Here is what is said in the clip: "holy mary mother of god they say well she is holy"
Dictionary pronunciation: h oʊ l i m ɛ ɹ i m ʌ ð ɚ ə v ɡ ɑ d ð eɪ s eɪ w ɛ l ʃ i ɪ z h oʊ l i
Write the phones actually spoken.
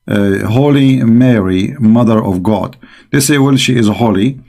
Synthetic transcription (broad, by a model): h oʊ l i m ɛ ɹ i m ʌ ð ɚ ə v ɡ ɑ d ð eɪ s eɪ w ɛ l ʃ i ɪ z h oʊ l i